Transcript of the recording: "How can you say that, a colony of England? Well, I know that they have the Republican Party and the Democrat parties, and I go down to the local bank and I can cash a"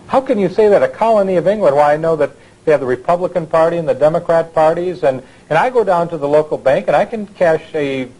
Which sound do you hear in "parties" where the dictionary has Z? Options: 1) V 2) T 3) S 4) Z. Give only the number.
4